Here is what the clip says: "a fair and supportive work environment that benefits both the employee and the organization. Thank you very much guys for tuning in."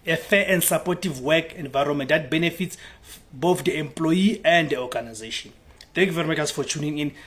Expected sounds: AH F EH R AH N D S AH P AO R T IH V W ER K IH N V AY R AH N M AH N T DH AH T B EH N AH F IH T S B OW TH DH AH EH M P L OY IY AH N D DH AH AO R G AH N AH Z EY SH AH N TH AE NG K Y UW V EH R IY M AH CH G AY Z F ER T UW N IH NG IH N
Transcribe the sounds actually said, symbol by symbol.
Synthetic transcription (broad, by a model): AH F EH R AH N D S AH P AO T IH V W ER K IH N V AY R AH N M AH N T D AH T B EH N AH F IH T S B OW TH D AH EH M P L OY IY AH N D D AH AO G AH N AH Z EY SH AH N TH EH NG K Y UW V EH R IY M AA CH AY S F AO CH UW N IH NG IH N